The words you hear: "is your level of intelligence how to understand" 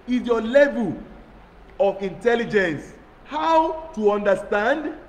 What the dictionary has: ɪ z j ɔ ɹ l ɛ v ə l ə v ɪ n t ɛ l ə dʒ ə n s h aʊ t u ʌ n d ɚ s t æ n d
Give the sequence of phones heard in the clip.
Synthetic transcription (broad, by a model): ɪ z j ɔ l ɛ v ə l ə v ɪ n t ɛ l ə dʒ ə n s h aʊ t u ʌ n d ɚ s t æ n d